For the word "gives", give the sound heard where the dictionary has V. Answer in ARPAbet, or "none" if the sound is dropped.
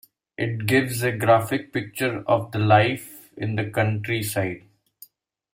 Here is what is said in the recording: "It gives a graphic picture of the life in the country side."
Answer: V